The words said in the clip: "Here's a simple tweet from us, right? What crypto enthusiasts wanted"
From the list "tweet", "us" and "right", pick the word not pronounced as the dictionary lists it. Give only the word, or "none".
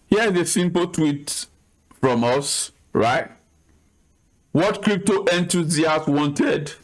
none